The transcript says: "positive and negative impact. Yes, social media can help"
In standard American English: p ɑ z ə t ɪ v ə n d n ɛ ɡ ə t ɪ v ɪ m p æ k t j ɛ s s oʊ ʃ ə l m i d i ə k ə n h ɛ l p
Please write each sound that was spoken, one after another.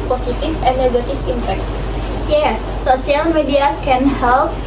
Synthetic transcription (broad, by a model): p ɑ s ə t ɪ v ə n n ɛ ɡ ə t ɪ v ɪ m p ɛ k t j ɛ s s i ə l m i d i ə k ə n h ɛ l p